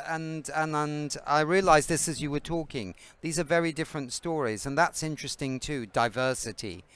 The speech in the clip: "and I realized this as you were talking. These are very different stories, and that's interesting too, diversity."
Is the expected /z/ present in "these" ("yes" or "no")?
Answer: yes